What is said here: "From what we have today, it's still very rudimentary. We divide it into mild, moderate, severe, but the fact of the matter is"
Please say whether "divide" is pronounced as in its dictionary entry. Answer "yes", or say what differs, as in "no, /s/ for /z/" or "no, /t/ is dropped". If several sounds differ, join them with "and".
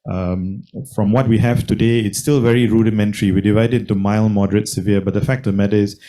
yes